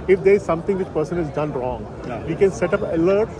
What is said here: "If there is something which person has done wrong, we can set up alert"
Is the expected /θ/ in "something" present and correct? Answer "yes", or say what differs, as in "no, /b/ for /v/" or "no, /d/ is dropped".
no, /t/ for /θ/